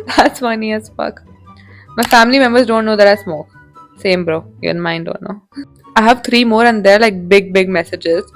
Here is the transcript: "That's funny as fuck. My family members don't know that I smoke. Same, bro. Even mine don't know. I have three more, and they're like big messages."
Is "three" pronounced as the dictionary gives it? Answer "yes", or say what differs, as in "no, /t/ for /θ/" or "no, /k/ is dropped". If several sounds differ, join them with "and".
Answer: no, /t/ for /θ/